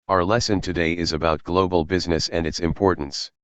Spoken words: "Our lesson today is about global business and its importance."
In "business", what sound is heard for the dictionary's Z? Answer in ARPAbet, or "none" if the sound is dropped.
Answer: Z